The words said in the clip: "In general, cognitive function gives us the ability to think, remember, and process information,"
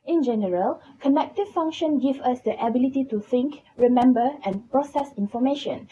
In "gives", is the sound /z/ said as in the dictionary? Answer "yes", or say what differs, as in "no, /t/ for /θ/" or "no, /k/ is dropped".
no, /z/ is dropped